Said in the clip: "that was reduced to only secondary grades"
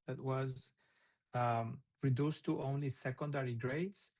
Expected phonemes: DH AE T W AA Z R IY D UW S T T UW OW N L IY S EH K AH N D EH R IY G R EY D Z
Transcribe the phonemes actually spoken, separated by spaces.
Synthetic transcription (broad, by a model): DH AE T W AA Z R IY D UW S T T UW OW N L IY S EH K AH N D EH R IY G R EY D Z